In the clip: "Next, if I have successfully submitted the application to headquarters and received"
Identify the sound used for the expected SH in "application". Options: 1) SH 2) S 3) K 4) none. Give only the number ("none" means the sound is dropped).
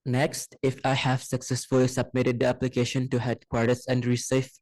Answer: 1